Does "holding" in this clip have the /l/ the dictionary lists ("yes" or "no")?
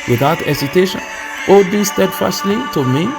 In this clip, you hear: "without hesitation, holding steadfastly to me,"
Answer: no